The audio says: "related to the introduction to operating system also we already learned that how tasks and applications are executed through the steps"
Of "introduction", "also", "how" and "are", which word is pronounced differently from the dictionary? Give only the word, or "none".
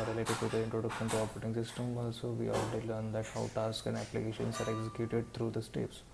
none